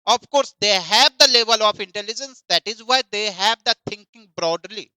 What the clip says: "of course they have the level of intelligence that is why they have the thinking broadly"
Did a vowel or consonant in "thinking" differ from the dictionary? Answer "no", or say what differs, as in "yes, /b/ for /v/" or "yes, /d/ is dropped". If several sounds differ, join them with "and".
yes, /t/ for /θ/